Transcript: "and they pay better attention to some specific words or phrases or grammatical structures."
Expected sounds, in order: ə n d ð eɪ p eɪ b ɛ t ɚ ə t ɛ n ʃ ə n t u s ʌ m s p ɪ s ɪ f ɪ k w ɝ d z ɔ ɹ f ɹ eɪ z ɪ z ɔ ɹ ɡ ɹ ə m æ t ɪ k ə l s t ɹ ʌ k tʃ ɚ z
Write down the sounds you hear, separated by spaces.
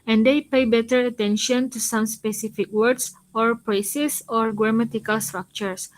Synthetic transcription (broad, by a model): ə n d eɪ p eɪ b ɛ t ɚ ə t ɛ n ʃ ə n t u s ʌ m s p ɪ s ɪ f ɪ k w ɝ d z ɔ ɹ p ɹ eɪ s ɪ s ɔ ɹ ɡ ɹ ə m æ t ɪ k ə l s t ɹ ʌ k tʃ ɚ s